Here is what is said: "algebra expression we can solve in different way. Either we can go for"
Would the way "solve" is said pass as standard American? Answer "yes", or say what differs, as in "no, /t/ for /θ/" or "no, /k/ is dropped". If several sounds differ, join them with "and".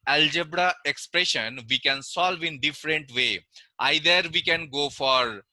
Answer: yes